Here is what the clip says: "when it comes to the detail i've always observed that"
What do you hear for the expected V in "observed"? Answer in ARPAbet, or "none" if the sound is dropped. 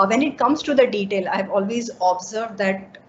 V